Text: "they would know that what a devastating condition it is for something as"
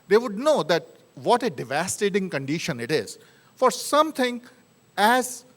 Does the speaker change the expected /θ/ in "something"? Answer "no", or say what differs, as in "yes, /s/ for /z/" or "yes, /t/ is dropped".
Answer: yes, /t/ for /θ/